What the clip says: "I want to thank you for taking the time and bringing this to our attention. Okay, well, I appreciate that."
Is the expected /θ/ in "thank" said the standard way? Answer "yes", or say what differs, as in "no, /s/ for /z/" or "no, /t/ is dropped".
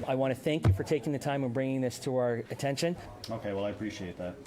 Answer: yes